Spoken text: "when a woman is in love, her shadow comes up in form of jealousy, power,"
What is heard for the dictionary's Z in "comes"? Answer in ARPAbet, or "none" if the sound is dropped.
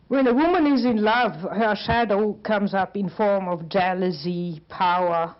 Z